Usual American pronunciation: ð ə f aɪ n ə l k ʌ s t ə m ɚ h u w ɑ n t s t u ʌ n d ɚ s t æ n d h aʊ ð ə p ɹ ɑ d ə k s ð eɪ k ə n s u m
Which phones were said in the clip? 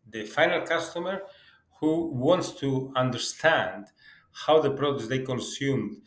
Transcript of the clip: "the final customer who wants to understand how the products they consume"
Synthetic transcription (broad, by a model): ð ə f aɪ n ə l k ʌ s t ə m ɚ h u w ɑ n t s t u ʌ n d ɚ s t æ n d h aʊ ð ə p ɹ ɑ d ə s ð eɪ k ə n s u m